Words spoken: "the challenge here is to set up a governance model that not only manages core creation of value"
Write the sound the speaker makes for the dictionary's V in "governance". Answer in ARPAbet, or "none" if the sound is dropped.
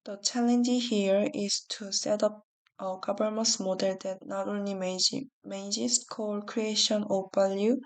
B